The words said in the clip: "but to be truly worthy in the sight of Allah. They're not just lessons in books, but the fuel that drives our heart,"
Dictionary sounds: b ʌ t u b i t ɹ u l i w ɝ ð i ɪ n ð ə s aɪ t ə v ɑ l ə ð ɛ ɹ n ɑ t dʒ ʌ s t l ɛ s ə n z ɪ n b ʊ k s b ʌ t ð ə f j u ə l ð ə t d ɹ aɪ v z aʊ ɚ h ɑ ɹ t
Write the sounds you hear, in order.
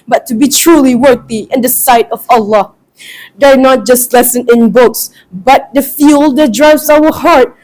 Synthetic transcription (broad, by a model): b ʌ t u b i t ɹ u l i w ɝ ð i ɪ n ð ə s aɪ t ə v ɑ l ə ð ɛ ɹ n ɑ t dʒ ʌ s t l ɛ s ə n ɪ n b ʊ k s b ʌ t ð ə f j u l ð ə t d ɹ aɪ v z aʊ ɚ h ɑ ɹ t